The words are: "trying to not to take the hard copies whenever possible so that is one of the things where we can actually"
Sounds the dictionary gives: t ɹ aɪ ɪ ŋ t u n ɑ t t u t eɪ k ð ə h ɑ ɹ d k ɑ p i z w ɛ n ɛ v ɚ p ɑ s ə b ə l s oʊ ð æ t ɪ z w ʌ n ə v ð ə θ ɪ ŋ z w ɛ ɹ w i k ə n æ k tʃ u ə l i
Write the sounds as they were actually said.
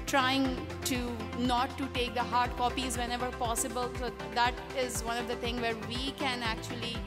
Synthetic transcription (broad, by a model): t ɹ aɪ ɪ ŋ t u n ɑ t t u t eɪ k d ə h ɑ ɹ d k ɑ p i z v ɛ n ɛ v ɚ p ɑ s ə b ə l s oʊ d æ t ɪ z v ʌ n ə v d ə t ɪ ŋ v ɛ ɹ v i k ə n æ k tʃ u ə l i